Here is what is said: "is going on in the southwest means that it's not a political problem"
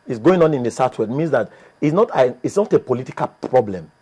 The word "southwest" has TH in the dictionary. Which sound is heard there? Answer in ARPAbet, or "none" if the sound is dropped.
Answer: T